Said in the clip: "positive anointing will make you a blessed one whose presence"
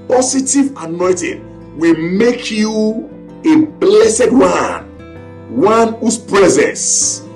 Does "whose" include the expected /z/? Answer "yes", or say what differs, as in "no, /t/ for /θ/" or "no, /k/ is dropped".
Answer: no, /s/ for /z/